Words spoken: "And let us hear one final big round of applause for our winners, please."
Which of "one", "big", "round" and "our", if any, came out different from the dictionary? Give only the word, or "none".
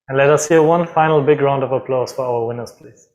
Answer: none